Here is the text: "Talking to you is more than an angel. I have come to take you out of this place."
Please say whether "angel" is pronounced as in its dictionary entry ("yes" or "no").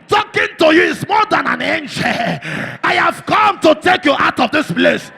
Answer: no